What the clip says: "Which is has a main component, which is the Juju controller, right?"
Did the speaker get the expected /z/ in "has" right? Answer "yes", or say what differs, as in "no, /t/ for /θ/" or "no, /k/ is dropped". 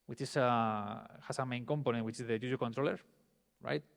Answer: no, /s/ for /z/